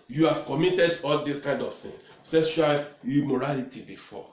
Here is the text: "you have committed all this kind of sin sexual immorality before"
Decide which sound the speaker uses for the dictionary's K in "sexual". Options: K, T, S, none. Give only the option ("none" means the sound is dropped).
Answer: none